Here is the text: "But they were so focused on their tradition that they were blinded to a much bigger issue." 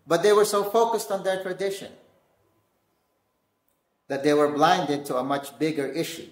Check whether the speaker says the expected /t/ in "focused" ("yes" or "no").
yes